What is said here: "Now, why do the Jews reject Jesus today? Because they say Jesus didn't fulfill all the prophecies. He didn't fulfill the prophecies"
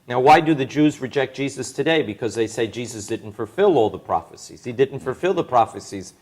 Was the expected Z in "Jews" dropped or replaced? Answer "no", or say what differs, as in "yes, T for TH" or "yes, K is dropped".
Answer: no